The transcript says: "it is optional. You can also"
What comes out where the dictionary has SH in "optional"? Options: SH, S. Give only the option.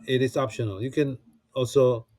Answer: SH